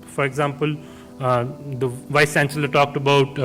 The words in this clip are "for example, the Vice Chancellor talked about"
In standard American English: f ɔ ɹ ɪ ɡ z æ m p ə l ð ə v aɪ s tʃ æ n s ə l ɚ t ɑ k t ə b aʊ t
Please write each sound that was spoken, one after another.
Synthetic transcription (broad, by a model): f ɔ ɹ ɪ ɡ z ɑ m p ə l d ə v aɪ s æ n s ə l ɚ t ɑ k t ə b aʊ t